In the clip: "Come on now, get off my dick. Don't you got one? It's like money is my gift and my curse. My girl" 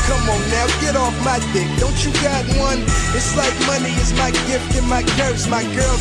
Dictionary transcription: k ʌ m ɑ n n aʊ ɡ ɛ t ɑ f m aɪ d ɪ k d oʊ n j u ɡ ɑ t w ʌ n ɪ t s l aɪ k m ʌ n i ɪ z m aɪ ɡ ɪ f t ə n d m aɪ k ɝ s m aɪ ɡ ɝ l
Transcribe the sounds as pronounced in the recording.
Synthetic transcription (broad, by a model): k ʌ m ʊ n n aʊ ɡ ɛ t ɑ f m aɪ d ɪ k d oʊ n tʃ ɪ ɡ ɑ t w ʌ n ɪ t s l aɪ k m ʌ n i ɪ z m aɪ ɡ ɪ f t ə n m aɪ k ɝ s m aɪ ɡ ɝ l